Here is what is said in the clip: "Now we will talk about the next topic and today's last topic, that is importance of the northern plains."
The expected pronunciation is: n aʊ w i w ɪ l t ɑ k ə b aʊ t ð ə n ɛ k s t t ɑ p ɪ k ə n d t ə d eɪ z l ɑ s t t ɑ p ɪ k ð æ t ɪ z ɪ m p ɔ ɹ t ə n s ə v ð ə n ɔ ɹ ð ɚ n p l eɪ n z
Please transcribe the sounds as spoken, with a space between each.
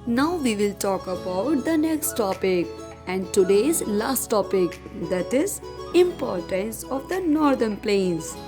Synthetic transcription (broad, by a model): n aʊ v i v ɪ l t ɑ k ə b aʊ t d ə n ɛ k s t t ɑ p ɪ k ə n d t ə d eɪ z l ɑ s t t ɑ p ɪ k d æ t ɪ z ɪ m p ɔ ɹ t ə n s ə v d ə n ɔ ɹ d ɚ n p l eɪ n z